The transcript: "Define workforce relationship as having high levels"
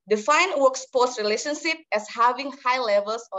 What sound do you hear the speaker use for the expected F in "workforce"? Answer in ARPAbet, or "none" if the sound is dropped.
P